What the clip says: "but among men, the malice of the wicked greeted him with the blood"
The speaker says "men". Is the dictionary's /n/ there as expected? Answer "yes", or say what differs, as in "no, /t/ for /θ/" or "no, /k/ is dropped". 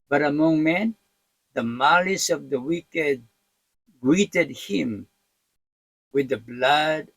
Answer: yes